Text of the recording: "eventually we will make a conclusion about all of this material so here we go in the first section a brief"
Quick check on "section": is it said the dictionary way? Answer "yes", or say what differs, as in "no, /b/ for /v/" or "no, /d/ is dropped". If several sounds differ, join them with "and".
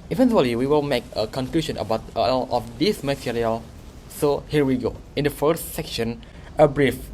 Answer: yes